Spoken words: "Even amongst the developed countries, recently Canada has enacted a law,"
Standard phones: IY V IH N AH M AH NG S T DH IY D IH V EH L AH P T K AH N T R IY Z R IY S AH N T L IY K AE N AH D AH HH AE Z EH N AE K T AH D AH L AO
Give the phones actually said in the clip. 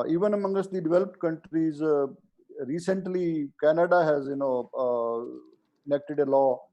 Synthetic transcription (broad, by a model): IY V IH N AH M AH NG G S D IY D IH V EH L AH P T K AH N T R IY Z R IY S AH N T L IY K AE N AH D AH HH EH Z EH N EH K T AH D AH L AO